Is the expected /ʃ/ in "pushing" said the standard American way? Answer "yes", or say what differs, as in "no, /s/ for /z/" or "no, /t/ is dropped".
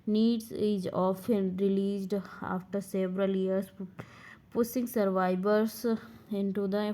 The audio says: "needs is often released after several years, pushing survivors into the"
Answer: no, /s/ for /ʃ/